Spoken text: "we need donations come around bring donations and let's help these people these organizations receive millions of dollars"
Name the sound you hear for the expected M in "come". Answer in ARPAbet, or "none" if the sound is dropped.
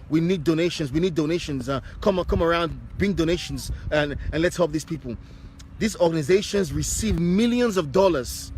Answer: M